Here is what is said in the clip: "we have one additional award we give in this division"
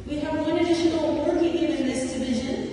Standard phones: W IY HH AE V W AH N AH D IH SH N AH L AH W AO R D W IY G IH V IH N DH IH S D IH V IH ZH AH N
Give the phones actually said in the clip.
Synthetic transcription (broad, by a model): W IY HH AE V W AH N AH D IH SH AH N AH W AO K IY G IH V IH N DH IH S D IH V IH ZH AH N